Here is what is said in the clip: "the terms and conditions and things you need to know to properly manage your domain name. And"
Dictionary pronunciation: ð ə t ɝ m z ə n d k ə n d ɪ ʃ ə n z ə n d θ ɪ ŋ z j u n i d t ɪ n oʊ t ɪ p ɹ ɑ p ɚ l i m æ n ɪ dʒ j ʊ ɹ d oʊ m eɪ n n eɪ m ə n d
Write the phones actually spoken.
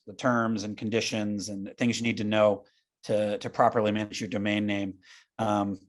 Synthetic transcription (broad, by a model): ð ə t ɝ m z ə n k n d ɪ ʃ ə n z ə n θ ɪ ŋ z j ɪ n i d t ɪ n oʊ t ɪ p ɹ ɑ p ɚ l i m æ n ɪ dʒ j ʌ ɹ d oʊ m eɪ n n eɪ m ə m